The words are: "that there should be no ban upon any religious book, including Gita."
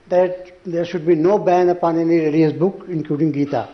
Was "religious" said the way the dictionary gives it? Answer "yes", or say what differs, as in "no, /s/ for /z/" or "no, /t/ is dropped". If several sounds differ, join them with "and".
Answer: no, /dʒ/ is dropped